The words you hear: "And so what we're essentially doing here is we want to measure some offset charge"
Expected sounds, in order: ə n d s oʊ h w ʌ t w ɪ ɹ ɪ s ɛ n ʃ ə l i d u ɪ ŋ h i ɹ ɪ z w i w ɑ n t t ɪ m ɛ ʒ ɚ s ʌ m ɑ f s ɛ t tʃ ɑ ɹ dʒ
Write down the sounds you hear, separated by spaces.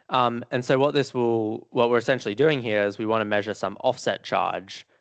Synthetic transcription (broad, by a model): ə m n s oʊ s w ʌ t w ɪ ɹ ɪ s ɛ n ʃ l i d u ɪ ŋ h i ɹ ɪ z w i w ɑ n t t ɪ m ɛ ʒ ɚ s ʌ m ɑ f s ɛ t tʃ ɑ ɹ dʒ